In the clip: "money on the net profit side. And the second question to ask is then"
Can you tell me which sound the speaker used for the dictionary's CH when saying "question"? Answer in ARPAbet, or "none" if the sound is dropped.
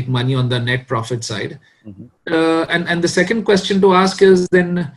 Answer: CH